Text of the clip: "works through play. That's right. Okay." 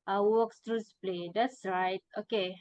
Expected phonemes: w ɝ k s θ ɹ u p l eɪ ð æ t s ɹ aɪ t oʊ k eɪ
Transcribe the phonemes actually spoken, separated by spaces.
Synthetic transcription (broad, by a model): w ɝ k s t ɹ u p l eɪ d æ t s ɹ aɪ t oʊ k eɪ